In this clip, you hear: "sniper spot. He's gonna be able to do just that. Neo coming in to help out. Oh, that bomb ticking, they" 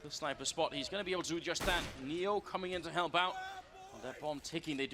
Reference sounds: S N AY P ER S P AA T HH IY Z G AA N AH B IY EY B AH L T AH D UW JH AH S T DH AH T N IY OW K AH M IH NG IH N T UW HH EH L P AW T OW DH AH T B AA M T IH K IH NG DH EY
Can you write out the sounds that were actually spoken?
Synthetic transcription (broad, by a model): S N AY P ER S P AA T HH IY Z G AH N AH B IY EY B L T AH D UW JH AH S DH AH T N IY OW K AH M IH NG IH N T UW HH EH L B AW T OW DH AH T B AA M T IH K IH NG DH EY